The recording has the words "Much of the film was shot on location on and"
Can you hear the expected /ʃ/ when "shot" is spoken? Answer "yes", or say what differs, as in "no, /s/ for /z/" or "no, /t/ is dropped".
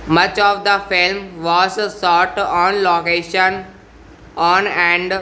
no, /s/ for /ʃ/